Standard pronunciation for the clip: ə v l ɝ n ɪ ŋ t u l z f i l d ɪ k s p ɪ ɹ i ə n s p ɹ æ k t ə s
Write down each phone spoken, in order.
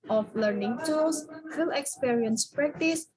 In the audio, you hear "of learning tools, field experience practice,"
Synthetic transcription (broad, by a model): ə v l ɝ n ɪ ŋ t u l s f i l ɪ k s p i ɹ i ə n s p ɹ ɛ k t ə s